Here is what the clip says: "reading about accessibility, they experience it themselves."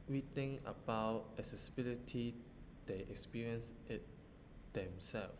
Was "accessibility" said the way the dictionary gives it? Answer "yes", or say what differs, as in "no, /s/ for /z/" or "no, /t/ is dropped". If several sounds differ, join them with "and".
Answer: no, /k/ is dropped